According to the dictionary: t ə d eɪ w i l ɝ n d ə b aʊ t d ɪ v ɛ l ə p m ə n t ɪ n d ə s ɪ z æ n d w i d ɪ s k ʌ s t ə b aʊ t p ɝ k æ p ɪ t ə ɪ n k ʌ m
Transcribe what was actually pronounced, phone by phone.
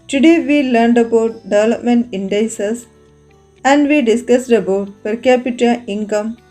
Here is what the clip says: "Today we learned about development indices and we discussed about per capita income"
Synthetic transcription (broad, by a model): t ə d eɪ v i l ɝ n d ə b aʊ t d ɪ v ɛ l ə p m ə n t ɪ n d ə s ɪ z æ n d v i d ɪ s k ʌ s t ə b aʊ t p ɝ k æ p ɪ t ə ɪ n k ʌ m